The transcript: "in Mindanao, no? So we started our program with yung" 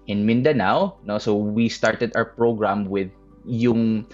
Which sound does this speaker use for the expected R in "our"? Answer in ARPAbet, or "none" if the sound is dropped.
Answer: W